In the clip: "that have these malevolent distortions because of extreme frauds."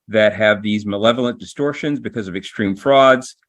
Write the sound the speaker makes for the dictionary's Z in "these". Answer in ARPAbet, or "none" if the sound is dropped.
Z